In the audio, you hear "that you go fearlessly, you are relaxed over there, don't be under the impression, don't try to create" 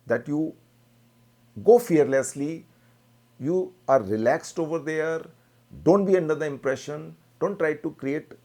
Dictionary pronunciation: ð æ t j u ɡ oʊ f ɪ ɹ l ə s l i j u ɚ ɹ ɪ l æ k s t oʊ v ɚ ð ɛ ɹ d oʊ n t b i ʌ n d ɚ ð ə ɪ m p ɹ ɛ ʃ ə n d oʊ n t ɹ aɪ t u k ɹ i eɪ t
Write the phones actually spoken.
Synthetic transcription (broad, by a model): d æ t j u ɡ oʊ f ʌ ɹ l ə s l i j u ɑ ɹ ɪ l æ k s t oʊ v ɚ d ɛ ɹ d oʊ n t b i ʌ n d ɚ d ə ɪ m p ɹ ɛ ʃ ə n d oʊ n t ɹ aɪ t u k ɹ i eɪ t